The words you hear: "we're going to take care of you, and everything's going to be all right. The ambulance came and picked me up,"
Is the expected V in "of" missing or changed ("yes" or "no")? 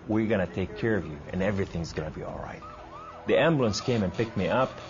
no